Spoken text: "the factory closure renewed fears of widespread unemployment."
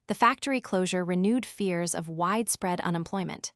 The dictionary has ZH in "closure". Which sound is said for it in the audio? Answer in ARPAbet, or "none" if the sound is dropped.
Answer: ZH